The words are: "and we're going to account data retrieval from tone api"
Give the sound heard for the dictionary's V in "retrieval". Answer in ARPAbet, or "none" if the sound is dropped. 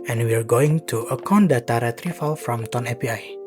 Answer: F